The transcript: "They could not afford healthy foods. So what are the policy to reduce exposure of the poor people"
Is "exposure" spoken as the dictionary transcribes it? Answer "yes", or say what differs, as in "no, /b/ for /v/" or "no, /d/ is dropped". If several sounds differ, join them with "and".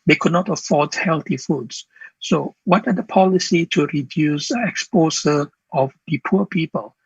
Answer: no, /s/ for /ʒ/